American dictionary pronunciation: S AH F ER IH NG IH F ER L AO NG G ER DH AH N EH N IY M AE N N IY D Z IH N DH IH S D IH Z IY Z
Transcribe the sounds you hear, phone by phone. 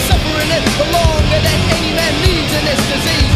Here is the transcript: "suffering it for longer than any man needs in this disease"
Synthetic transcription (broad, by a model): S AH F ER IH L IH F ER L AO NG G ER DH AH N EH N IY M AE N L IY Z IH N DH IH S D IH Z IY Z